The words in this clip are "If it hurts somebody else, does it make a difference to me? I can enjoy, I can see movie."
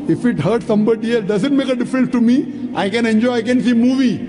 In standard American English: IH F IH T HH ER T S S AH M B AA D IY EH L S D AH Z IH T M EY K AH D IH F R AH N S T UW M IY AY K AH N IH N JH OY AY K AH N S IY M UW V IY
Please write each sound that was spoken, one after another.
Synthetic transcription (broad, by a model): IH F IH T HH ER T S S AH M B AA D IY EH L S D AH Z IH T M EY K AH D IH F R AH N S T UW M IY AY K AH N IH N JH OY AY K AH N S IY M UW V IY